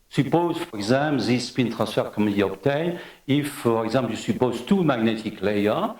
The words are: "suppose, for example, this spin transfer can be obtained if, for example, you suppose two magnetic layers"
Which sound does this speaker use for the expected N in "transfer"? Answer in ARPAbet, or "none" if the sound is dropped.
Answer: none